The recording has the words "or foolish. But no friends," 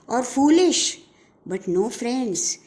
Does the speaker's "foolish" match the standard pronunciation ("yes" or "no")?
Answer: yes